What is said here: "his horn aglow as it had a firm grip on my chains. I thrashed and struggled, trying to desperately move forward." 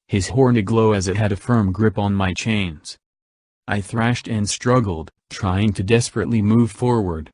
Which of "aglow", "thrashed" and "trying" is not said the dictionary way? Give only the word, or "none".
none